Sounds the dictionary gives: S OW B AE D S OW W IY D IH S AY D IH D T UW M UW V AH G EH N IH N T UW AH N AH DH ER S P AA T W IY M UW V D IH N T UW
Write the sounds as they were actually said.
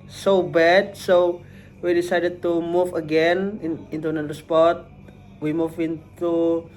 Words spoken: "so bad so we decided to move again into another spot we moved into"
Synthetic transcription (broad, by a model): S OW B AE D S OW W IY D IH S AY D IH D T UW M UW V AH G EH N IH N T UW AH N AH ER S P AA T W IY M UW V IH N T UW